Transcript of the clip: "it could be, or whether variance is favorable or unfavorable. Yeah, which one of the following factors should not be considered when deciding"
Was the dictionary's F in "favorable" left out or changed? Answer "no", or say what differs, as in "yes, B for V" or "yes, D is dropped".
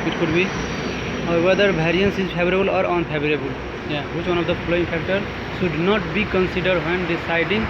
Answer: yes, P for F